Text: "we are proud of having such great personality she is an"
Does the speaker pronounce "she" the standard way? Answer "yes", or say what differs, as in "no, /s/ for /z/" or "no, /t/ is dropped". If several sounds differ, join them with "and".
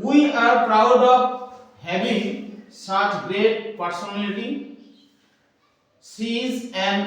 no, /s/ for /ʃ/